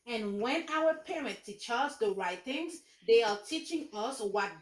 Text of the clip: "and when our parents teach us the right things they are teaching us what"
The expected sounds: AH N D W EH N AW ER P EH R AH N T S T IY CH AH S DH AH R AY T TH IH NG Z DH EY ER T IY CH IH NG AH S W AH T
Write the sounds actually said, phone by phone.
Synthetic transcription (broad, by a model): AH N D W EH N AW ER P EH R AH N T T IY CH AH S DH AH R AY T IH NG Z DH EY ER T IY CH IH NG AH S W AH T